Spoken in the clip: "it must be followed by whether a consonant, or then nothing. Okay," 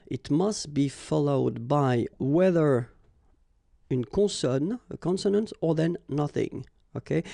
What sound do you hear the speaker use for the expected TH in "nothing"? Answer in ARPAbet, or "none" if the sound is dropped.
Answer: TH